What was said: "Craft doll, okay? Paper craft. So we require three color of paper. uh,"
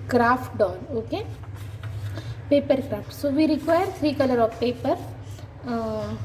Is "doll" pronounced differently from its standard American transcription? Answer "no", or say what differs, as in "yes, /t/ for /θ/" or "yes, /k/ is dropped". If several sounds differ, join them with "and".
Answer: yes, /n/ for /l/